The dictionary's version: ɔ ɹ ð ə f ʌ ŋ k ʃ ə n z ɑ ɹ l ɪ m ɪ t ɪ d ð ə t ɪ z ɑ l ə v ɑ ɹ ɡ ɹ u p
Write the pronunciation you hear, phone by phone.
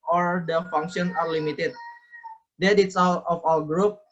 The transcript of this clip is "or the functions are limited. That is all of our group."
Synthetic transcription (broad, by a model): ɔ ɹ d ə f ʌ ŋ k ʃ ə n ɑ ɹ l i m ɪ t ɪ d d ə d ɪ s ɑ l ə f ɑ l ɡ ɹ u p